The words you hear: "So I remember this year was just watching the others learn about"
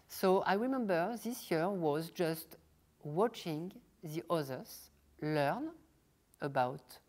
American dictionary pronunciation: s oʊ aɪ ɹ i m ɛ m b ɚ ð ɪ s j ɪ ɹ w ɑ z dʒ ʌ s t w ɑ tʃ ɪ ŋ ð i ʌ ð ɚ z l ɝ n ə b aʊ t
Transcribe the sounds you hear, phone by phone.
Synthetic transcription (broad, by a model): s oʊ aɪ ɹ i m ɛ m b ɚ ð ɪ s j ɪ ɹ w ɑ z dʒ ʌ s t w ɑ tʃ ɪ ŋ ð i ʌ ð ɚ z l ɝ n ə b aʊ t